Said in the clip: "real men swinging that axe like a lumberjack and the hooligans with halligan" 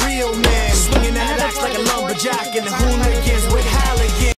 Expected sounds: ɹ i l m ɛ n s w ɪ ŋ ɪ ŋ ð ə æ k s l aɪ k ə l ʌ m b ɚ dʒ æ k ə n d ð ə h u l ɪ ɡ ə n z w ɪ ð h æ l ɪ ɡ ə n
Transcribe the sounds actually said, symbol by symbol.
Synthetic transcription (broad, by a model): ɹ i l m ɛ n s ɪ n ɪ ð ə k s l aɪ k ə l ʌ b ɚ dʒ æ k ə n ð ə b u n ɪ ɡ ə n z w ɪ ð h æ l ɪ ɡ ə